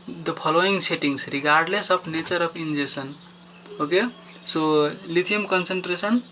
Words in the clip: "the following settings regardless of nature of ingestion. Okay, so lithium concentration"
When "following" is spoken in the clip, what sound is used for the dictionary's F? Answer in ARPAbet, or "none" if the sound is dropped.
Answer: P